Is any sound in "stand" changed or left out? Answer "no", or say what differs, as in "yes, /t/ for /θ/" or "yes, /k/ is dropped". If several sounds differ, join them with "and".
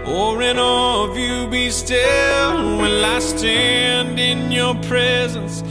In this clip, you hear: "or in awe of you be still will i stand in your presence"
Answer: no